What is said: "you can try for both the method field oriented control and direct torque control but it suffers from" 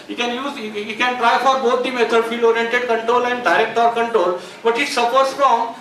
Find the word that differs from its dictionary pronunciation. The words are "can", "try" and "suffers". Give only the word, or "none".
suffers